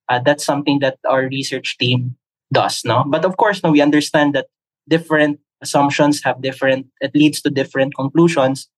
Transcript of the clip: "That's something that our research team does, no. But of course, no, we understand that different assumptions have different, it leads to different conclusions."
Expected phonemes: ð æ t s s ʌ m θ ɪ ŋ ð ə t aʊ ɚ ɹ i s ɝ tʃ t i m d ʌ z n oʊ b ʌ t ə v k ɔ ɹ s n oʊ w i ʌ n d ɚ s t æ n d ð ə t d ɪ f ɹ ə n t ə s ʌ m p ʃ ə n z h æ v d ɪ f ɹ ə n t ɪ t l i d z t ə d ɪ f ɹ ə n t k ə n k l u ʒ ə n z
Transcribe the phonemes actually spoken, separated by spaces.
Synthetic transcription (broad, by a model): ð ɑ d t s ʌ m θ ɪ ŋ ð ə t aʊ ɚ ɹ i s ɝ tʃ t i m d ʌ s n oʊ b ʌ t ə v k ɔ ɹ s n oʊ w i ʌ n d ɚ s t æ n d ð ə t d ɪ f ɹ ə n t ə s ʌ m p ʃ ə n s h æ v d ɪ f ɹ ə n t ɪ t l i d s t ə d ɪ f ɹ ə n t k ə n k l u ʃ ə n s